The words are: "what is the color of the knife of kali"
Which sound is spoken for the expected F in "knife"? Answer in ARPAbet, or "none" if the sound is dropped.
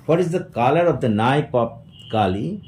P